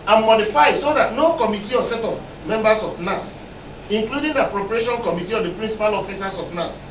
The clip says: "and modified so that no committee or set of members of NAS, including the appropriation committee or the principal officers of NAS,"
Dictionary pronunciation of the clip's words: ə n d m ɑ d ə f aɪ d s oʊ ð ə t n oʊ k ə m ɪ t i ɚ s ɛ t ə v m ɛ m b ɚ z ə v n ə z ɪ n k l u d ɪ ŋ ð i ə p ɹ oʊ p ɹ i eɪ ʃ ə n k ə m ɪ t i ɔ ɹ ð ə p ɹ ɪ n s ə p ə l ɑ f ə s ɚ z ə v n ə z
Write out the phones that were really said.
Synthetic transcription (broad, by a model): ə n m ɑ d ə f aɪ d s oʊ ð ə t n oʊ k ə m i t i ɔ s ɛ t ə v m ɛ m b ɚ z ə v n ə s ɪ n k l u d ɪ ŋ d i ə p ɹ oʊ p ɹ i eɪ ʃ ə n k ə m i t i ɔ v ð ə p ɹ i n s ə p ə l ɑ f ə s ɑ s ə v n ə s